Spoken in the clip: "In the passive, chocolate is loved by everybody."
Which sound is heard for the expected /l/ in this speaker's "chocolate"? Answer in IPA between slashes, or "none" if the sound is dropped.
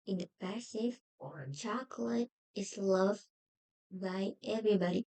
/l/